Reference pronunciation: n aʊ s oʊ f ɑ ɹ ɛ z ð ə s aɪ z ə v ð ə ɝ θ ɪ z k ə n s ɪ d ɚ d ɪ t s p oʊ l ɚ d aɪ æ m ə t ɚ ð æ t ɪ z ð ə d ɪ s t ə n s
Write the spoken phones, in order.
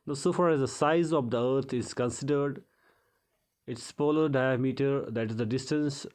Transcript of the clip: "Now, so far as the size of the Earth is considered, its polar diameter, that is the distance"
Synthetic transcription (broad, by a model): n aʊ s oʊ f ɑ ɹ ɛ z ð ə s aɪ z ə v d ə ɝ t ɪ z k ə n s ɪ d ɚ d ɪ t s p oʊ l ɚ d aɪ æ m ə t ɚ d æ t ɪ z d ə d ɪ s t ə n s